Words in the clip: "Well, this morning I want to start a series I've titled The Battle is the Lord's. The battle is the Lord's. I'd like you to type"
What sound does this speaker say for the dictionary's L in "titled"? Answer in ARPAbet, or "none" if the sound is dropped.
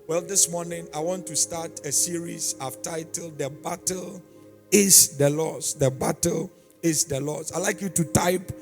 L